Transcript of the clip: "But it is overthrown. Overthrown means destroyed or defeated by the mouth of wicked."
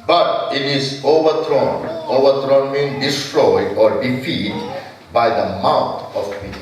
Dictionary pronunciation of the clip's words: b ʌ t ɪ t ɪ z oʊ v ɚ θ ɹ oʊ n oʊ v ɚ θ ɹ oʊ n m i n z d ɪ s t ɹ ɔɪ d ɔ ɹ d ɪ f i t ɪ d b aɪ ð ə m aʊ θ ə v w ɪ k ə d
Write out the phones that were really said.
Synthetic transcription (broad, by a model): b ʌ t ɪ t ɪ z oʊ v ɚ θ ɹ oʊ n oʊ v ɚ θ ɹ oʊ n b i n d ɪ s t ɹ ɔɪ d ɔ ɹ d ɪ f i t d b aɪ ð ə m aʊ t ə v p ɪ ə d